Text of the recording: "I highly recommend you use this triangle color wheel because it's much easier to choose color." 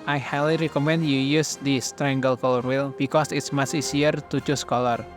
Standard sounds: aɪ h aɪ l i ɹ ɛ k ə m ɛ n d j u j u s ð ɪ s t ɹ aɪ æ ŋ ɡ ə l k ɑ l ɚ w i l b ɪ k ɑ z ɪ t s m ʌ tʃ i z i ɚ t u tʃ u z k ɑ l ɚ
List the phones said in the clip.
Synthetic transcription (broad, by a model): aɪ h aɪ l i ɹ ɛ k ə m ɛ n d j u j u s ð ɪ s t ɹ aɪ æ ŋ ɡ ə l k ɑ l ɚ w i l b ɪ k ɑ s ɪ t s m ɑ s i s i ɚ t u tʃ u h k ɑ l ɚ